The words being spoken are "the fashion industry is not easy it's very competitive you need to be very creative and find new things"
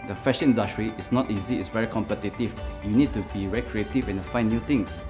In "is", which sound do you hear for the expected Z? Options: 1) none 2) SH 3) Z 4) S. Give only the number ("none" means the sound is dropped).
4